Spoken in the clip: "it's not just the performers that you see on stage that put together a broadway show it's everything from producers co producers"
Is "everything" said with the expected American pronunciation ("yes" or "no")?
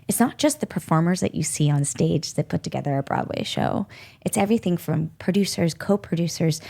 yes